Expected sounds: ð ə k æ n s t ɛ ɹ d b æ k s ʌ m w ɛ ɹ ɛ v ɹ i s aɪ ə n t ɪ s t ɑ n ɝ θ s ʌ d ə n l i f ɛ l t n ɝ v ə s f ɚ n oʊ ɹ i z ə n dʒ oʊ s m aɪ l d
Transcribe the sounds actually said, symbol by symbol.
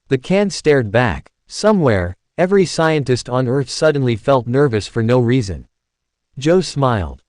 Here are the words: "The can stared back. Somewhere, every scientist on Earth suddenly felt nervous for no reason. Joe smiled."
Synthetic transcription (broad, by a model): ð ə k æ n s t ɛ ɹ d b æ k s ʌ m w ɛ ɹ ɛ v ɹ i s aɪ ə n t ɪ s t n ɝ θ s ʌ d n l i f ɛ l t n ɝ v ə s f ɚ n oʊ ɹ i z ə n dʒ oʊ s m aɪ l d